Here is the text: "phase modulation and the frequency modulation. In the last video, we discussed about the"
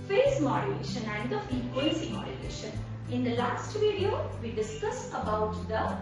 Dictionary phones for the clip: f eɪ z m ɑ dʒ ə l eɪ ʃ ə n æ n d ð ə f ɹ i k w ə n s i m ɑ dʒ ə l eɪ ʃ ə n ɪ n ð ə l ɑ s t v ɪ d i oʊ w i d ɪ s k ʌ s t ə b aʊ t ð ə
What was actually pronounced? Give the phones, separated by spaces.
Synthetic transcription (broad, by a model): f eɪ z m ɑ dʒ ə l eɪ ʃ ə n æ n d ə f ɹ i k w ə s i m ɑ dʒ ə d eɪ ʃ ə n ɪ n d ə l ɑ s t v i d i oʊ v i d ɪ s k ʌ s t ə b aʊ t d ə